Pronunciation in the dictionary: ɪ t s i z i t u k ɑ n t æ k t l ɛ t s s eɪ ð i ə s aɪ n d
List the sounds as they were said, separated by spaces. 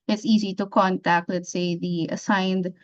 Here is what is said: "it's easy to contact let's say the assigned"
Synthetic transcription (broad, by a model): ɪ t s i z i t u k ɑ n t æ k t l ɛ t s s eɪ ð i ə s aɪ n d